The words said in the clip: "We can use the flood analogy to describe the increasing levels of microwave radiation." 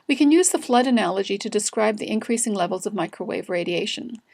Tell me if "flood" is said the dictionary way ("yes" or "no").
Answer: yes